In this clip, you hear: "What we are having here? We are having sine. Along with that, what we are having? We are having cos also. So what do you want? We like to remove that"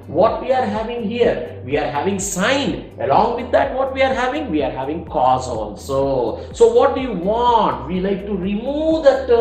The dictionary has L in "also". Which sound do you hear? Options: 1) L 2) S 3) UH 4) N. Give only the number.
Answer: 4